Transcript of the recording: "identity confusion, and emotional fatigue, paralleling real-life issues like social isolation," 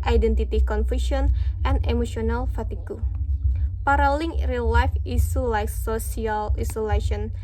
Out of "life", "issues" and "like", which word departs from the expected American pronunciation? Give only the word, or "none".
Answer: issues